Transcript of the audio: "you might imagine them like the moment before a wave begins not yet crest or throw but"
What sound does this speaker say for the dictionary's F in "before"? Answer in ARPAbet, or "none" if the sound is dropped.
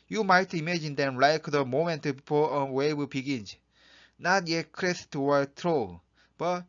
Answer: P